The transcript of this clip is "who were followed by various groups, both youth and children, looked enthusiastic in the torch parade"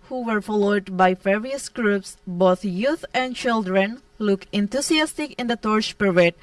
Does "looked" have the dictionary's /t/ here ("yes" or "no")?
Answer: no